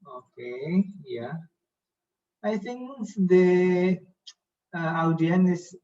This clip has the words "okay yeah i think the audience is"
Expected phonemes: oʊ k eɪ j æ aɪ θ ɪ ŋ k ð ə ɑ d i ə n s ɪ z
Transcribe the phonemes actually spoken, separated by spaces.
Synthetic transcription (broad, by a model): oʊ k eɪ j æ aɪ θ ɪ ŋ k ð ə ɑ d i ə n ɪ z